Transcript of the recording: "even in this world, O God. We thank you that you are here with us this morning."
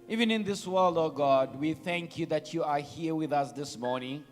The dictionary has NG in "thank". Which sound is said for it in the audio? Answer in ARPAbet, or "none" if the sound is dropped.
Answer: NG